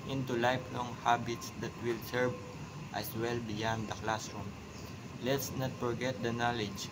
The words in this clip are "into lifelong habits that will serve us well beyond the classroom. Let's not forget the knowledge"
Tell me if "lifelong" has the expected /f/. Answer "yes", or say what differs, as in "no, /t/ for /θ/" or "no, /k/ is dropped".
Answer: no, /p/ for /f/